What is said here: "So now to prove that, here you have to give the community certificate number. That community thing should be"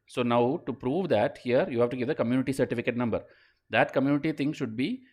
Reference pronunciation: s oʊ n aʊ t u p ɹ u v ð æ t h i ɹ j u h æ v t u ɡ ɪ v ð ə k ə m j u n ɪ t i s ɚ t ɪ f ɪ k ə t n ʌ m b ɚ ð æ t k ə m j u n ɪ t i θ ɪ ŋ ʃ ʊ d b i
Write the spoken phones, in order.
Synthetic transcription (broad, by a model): s oʊ n aʊ t u p ɹ u v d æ t h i ɹ j u h æ v t u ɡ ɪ v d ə k ə m j u n ɪ t i s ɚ t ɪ f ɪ k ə t n ʌ m b ɚ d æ t k ə m j u n ɪ t i t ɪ ŋ ʃ ʊ d b i